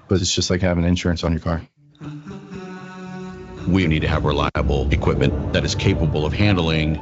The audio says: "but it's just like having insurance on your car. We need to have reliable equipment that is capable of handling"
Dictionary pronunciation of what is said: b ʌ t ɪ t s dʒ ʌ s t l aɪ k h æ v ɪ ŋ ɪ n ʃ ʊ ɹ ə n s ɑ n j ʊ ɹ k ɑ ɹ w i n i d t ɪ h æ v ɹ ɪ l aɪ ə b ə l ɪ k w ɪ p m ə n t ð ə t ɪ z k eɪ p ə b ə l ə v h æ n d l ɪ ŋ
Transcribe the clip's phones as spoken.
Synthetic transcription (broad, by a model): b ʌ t ɪ t s dʒ ʌ s t l aɪ k h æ v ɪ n ɪ n ʃ ʊ ɹ ə n s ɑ n j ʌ ɹ k ɑ ɹ w i n i d t ɪ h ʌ v ɹ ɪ l aɪ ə b l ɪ k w ɪ p m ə n ð ə t ɪ z k eɪ p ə b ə l ə v h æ n d l ɪ ŋ